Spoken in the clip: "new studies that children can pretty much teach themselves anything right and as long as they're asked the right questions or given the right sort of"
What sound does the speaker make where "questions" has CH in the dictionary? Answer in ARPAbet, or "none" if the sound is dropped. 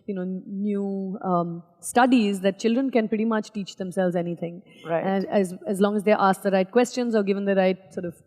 CH